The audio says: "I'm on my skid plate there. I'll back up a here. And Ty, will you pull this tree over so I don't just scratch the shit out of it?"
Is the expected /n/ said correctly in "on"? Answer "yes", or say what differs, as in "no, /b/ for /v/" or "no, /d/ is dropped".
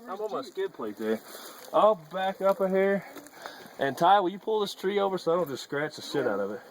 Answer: no, /l/ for /n/